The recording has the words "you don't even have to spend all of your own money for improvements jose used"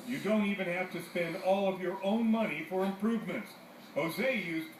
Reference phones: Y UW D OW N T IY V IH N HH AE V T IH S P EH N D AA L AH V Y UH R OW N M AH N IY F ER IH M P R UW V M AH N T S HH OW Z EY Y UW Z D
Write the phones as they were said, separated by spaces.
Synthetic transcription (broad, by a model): Y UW D OW N T IY V IH N HH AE F T IH S P EH N D AA L AH V Y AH R OW N M AH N IY F ER IH M P R UW V M AH N T S HH OW Z EY Y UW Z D